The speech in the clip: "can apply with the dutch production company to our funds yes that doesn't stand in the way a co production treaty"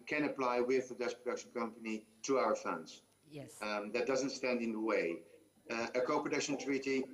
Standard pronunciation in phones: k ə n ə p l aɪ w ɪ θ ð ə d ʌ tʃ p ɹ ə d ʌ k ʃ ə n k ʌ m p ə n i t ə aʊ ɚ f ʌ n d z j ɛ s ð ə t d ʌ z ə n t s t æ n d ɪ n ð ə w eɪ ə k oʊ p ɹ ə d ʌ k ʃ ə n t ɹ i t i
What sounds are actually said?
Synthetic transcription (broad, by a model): k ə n ə p l aɪ w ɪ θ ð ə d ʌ s p ɹ ə d ʌ k ʃ ə n k ʌ m p ə n i t ə aʊ ɚ f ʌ n d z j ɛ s ð ə t d ʌ z ə n t s t æ n d ɪ n ð ə w eɪ ə k oʊ p ɹ ə d ʌ k ʃ ə n t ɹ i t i